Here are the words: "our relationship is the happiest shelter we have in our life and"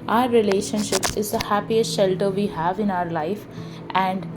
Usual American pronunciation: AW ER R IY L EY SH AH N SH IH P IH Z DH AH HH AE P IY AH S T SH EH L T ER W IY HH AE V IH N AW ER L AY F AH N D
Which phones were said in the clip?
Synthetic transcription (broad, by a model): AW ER R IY L EY SH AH N SH IH P IH Z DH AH HH AE P IY AH S T SH EH L T ER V IY HH AE V IH N AW ER L AY F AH N D